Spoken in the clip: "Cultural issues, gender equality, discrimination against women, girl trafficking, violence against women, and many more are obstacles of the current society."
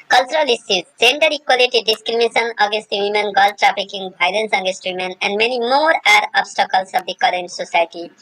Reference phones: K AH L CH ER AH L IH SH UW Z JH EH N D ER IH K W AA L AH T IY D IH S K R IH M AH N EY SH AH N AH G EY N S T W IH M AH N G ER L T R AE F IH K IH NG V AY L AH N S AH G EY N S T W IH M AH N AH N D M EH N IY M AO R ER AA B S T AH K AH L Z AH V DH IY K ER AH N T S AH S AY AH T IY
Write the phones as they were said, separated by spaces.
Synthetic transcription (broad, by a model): K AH L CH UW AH L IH S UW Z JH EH N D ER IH K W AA L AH T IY D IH S K R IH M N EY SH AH N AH G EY N S T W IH M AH N G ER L T R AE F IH K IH NG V AY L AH N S AH G EY N S T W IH M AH N AH N D M EH N IY M AO R ER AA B S T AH K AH L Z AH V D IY K ER AH N T S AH S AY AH T IY